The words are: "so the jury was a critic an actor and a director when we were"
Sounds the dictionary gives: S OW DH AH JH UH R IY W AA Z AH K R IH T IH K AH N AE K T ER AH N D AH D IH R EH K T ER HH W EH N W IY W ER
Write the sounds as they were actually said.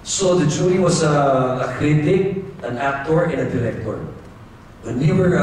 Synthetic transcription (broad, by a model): S OW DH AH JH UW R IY W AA S AH K R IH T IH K AH N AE K T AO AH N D AH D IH R EH K T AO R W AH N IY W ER